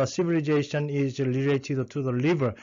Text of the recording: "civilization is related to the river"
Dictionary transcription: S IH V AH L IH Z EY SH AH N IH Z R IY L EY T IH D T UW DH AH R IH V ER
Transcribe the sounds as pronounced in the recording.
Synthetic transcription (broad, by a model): S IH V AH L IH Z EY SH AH N IH Z L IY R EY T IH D T UW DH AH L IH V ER